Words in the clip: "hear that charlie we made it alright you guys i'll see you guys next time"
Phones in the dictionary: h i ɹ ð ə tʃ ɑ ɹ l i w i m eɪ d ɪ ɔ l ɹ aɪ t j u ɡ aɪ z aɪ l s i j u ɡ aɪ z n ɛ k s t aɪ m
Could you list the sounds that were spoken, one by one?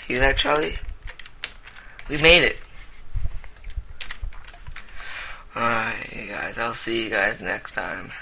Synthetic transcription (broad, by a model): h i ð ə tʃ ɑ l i w i m eɪ d ɪ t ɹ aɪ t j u ɡ aɪ z aɪ l s i j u ɡ aɪ z n ɛ k s t aɪ m